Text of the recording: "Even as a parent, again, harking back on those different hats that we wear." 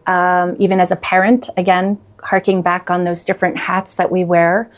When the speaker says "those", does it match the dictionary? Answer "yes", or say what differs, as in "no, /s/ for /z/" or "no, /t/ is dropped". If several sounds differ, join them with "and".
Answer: yes